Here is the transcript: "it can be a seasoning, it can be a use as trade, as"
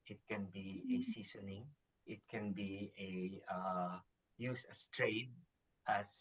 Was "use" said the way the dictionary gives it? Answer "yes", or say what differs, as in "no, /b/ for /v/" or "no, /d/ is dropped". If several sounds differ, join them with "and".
yes